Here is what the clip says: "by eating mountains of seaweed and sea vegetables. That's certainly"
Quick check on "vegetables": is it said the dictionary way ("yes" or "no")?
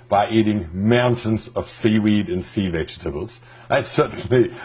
yes